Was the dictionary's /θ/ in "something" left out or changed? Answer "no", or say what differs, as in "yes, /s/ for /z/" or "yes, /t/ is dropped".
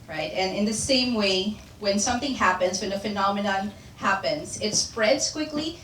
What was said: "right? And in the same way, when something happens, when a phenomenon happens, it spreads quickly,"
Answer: no